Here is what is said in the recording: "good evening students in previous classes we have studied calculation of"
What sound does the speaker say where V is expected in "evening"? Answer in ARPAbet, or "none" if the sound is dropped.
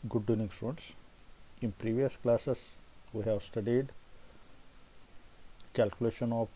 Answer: none